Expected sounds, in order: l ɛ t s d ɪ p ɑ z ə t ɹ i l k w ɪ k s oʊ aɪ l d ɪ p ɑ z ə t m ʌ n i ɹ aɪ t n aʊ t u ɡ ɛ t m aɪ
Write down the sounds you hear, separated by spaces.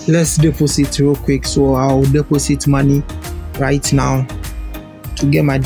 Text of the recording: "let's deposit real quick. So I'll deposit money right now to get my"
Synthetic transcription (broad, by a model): l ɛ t s d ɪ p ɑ s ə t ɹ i k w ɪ k s oʊ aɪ w d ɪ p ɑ s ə t m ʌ n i ɹ aɪ t n aʊ t u ɡ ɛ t m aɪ